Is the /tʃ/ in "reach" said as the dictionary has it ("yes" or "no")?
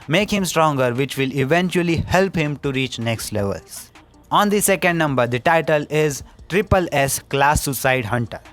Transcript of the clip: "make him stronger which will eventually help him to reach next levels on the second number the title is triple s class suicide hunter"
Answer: yes